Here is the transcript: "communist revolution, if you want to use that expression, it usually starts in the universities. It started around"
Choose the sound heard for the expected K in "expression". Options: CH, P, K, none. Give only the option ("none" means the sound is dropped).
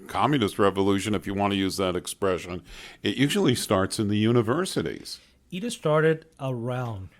K